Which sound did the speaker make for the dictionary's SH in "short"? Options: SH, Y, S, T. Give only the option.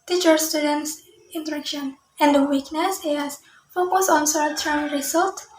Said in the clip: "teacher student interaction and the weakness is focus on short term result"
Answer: S